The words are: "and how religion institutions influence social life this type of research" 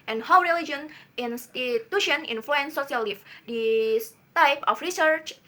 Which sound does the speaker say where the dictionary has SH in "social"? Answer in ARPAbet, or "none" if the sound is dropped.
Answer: S